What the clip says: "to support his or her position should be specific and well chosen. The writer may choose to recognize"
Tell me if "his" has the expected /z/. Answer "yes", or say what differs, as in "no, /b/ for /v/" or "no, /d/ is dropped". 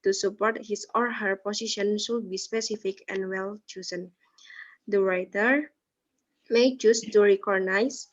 no, /s/ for /z/